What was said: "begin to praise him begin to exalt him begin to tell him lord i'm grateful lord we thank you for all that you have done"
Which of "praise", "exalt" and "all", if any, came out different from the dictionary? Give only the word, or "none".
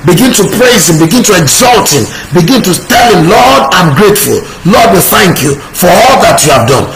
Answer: none